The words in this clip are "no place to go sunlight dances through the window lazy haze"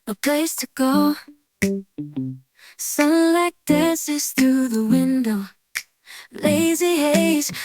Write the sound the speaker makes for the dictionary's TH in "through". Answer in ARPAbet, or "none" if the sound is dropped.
TH